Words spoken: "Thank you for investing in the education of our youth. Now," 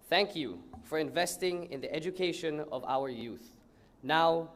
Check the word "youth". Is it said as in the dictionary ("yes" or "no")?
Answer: yes